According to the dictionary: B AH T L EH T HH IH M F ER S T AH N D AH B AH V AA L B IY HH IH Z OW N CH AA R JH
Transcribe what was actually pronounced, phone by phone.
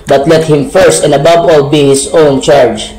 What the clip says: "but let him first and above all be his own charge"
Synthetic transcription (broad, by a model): B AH T L EH T HH IH M F ER S T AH N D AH B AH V AA L B IY HH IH S OW N CH AA R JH